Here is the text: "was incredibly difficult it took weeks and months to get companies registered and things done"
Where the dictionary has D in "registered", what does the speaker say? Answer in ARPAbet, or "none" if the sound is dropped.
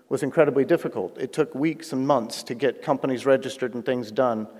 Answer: D